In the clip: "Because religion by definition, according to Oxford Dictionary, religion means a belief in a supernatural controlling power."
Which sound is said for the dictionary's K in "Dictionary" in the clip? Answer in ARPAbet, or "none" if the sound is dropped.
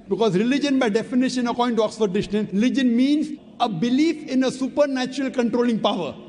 none